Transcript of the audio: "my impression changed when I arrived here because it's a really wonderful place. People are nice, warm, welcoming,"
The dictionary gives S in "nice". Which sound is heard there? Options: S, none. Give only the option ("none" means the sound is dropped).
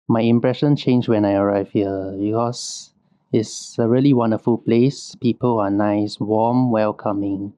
S